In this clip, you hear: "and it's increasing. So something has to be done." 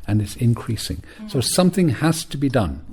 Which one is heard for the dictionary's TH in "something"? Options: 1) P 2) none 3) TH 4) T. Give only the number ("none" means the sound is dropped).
3